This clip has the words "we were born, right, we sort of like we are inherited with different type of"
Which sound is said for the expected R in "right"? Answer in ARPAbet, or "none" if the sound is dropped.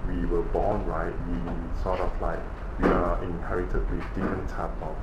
R